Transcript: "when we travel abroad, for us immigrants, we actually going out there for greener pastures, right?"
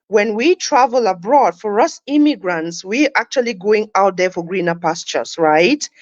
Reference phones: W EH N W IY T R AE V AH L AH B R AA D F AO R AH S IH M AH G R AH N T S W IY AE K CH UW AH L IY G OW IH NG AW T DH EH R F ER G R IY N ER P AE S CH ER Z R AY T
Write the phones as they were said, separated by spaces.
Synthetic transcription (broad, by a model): W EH N W IY T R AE V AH L AH B R AA D F AO R AH S IH M AH G R AH N T S W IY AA K CH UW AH L IY G OW IH NG AW T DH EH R F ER G R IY N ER P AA S CH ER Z R AY T